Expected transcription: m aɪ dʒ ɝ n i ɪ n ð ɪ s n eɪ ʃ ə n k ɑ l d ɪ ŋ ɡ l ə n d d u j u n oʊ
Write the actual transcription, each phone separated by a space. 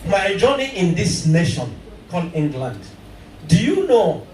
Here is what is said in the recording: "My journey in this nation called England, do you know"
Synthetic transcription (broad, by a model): m aɪ dʒ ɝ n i ɪ n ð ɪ s n eɪ ʃ ə n k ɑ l ɪ ŋ ɡ l ə n d d u j u n oʊ